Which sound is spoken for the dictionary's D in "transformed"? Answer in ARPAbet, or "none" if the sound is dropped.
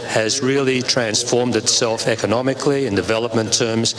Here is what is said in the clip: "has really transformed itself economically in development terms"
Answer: D